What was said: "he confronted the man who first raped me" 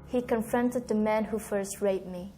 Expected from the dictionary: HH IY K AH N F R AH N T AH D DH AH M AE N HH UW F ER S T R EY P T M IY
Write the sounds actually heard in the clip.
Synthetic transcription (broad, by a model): HH IY K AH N F R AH N T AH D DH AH M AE N HH UW F ER S T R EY T M IY